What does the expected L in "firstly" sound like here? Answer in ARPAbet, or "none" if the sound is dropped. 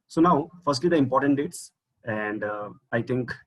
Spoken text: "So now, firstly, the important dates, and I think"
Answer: L